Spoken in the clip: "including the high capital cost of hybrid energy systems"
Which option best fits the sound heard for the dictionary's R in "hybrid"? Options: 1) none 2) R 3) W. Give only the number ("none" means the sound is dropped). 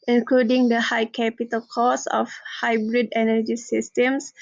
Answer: 2